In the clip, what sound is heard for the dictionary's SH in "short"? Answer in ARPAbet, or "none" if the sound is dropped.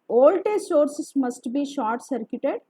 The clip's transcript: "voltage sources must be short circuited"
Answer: SH